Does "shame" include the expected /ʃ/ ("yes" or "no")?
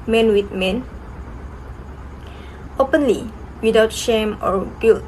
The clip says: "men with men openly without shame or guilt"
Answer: yes